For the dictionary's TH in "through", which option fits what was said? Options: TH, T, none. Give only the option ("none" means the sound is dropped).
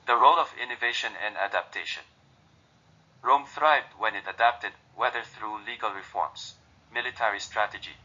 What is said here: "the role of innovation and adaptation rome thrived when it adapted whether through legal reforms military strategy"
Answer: TH